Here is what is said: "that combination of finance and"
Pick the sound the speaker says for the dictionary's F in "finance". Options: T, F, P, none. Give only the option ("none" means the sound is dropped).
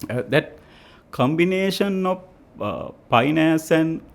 P